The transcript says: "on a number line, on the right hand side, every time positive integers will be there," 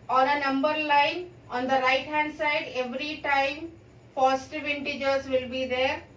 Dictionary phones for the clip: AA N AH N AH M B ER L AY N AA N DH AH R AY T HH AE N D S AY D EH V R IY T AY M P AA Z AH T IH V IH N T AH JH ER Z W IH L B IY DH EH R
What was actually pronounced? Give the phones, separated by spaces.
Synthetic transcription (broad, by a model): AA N AH N AH M B ER L AY N AA N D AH R AY T HH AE N D S AY D EH V R IY T AY M F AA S T V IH N T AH JH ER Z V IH L B IY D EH R